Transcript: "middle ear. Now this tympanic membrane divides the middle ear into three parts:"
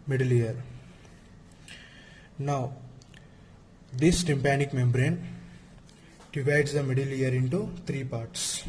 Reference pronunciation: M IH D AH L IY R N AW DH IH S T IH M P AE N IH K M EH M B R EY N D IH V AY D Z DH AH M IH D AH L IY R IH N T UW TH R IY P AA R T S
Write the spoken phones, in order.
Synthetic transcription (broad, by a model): M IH D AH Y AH R N AW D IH S T IH M P AE N IH K M EH M B R EY N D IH V AY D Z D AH M IH D AH L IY R IH N T UW T R IY P AA R T S